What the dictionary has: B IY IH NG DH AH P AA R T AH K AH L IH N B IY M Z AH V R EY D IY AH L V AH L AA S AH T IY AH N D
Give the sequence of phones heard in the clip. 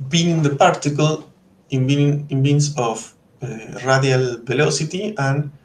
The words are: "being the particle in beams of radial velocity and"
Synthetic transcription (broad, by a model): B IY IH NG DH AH P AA R T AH K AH N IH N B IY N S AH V R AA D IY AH L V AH L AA S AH T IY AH N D